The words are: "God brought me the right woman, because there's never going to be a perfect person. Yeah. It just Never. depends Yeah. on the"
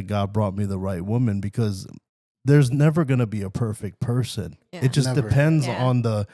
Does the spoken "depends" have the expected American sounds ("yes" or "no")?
yes